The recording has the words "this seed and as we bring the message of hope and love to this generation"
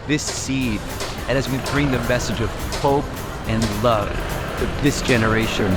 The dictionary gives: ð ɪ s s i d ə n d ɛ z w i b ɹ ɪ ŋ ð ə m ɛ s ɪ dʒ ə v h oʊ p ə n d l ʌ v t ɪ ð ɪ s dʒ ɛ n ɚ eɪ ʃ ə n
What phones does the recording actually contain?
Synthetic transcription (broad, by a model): ð ɪ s s i d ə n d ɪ z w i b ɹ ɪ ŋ ð ə m ɛ s ɪ dʒ ə v h oʊ p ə n l ʌ v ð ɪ ð ɪ s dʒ ɛ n ɚ eɪ ʃ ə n